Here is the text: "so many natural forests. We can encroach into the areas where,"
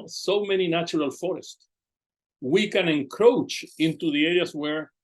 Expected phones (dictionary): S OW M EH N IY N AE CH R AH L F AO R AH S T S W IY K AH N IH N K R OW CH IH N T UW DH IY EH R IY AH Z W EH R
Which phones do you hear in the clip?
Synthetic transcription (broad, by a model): S OW M EH N IY N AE CH R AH L F AO R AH S T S W IY K AH N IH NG K R OW CH IH N T UW DH IY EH R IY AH S W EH R